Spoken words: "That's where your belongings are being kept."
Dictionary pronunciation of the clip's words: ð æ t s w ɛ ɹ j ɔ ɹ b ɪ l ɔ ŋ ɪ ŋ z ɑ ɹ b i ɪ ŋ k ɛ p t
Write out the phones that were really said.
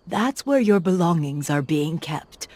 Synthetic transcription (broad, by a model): ð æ t s w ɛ ɹ j ɔ ɹ b ɪ l ɔ ŋ ɪ ŋ z ɑ ɹ b i ɪ ŋ k ɛ p t